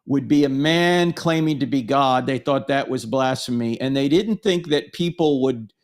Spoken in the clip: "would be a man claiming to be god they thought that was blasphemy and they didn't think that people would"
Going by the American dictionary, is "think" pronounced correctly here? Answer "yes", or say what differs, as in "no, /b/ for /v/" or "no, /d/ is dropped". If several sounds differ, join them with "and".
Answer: yes